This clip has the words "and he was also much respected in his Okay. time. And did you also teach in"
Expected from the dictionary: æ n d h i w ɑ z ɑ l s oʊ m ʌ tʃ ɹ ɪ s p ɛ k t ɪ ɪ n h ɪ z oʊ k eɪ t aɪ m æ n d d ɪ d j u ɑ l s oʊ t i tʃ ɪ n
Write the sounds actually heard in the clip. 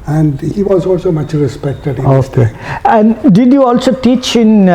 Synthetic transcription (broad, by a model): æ n d h i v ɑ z ɑ l s oʊ m ʌ tʃ ɹ ɪ s p ɛ k t ɪ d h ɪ oʊ k eɪ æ n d d ɪ d j u ɑ l s oʊ t i tʃ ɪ n